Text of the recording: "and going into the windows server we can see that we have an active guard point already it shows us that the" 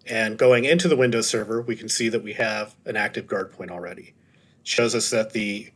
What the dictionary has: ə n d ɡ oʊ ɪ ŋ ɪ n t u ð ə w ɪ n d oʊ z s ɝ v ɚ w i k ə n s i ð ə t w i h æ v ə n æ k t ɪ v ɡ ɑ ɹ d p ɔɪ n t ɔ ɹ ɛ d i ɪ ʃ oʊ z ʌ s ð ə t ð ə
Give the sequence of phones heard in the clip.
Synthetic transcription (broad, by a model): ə n ɡ oʊ ɪ ŋ ɪ n t u ð ə w ɪ n d oʊ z s ɝ v ɚ w i k n s i ð ə t w i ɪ v ə n æ k t ɪ v ɡ ɑ ɹ d p ɔɪ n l ɹ ɛ d i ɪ ʃ oʊ z ʌ s ð ə t ð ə